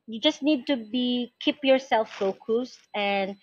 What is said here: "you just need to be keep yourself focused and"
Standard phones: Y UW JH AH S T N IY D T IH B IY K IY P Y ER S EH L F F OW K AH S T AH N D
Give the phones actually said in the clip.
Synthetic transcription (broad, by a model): Y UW JH AH S T N IY D T IH B IY K IY P Y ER S EH L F F OW K AH S T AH N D